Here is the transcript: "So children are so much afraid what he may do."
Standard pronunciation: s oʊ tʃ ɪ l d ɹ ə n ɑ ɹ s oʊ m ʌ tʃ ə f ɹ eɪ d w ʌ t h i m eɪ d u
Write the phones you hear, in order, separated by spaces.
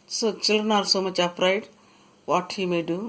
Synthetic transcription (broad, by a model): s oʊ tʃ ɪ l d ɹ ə n ɑ ɹ s oʊ m ʌ tʃ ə p ɹ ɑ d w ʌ t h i m eɪ d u